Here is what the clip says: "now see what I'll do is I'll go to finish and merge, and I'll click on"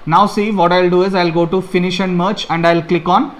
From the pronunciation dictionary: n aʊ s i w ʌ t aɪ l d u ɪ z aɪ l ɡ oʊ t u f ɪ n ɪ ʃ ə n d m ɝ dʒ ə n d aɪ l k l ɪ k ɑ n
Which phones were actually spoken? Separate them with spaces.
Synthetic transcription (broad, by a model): n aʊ s i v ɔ t aɪ l d u ɪ z aɪ l ɡ oʊ t u f ɪ n ɪ ʃ ə n d m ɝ tʃ ə n d aɪ l k l ɪ k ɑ n